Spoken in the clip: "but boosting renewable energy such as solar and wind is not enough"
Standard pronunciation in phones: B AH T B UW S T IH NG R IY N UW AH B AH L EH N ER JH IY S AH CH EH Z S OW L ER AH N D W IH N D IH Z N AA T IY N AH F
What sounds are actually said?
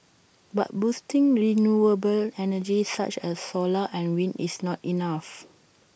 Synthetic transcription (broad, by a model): B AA T B UW S T IH NG R IY N UW AH B AH L EH N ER JH IY S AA CH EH S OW L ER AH N W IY N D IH S N AA T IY N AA F